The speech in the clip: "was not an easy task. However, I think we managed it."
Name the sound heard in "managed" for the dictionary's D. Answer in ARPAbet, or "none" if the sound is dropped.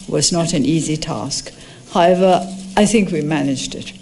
D